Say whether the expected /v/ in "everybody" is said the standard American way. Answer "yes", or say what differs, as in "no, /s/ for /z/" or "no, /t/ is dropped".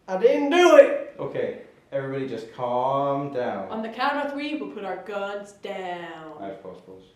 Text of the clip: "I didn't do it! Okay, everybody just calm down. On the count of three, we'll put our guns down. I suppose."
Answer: yes